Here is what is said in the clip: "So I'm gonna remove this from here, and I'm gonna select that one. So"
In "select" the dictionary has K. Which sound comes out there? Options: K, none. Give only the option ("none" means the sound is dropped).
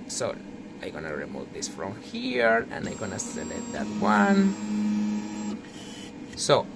none